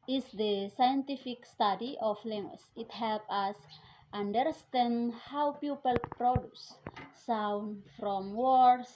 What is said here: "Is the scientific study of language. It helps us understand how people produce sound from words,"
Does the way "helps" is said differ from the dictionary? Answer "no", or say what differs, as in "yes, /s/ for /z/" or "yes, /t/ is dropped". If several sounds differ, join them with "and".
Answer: yes, /s/ is dropped